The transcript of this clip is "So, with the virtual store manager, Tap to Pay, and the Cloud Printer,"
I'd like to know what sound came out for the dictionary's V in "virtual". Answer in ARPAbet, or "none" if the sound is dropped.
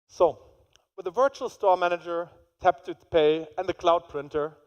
V